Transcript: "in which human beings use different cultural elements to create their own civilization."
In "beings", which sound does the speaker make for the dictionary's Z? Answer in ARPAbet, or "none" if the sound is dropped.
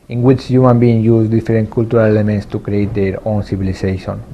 none